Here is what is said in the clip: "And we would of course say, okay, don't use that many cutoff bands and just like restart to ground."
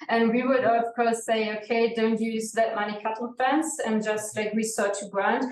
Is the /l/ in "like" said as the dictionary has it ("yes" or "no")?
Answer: yes